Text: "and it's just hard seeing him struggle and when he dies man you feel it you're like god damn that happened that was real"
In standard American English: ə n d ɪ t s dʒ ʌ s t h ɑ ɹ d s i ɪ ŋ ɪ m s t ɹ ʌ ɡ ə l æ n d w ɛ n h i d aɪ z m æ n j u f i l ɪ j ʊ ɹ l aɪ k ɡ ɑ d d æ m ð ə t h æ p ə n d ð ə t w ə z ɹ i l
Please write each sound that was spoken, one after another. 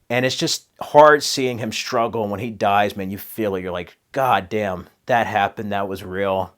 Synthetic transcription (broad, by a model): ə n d ɪ t s dʒ ʌ s t h ɑ ɹ d s i ɪ ŋ ɪ m s t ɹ ʌ ɡ l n w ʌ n i d aɪ z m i n j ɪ f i l ɪ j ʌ ɹ l aɪ k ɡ ɑ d d æ m ð ə t h æ p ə n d ð ə t w ə z ɹ i l